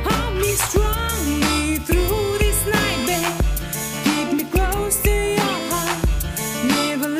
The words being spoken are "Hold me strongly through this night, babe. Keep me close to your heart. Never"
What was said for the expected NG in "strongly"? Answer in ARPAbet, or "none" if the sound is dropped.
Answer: none